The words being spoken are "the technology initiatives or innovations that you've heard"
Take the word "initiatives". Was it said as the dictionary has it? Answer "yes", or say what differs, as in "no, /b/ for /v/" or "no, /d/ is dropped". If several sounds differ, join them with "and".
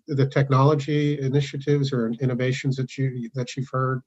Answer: yes